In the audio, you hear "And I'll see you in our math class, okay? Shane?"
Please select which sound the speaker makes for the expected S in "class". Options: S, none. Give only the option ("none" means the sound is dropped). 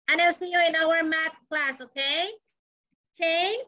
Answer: S